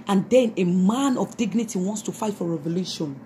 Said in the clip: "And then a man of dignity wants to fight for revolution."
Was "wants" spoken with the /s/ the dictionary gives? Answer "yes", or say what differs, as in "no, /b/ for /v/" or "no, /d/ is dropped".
yes